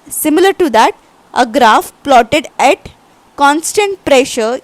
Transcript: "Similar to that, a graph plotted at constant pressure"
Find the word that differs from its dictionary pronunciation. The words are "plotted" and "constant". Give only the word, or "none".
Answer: none